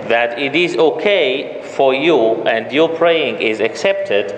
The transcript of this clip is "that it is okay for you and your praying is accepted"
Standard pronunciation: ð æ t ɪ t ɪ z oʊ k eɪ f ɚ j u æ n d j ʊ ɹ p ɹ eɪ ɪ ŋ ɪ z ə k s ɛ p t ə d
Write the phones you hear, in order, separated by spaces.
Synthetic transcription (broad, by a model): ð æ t ɪ t ɪ z oʊ k eɪ f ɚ j u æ n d j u p ɹ eɪ ɪ ŋ ɪ z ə k s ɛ p t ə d